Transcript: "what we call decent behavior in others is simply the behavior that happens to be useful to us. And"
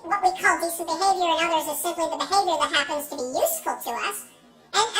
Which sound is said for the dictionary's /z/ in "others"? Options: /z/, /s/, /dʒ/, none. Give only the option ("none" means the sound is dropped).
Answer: /z/